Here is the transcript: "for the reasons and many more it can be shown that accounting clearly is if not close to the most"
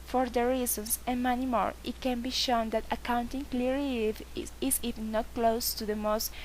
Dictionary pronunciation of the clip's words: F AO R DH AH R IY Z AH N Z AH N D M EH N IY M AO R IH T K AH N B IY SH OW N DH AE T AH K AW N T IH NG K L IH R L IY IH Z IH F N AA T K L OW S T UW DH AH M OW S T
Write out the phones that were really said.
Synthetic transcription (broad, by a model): F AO R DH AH R IY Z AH N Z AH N M EH N IY M AO R IH T K AH N B IY SH OW N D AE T AH K AW N T IH NG K L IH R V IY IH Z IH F N AA T K L OW S T UW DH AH M OW S T